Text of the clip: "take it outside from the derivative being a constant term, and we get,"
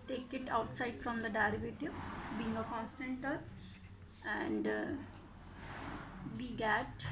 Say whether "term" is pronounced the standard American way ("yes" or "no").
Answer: no